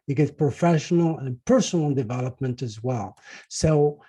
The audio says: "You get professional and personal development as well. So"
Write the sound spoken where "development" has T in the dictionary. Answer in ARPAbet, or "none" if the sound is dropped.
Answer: T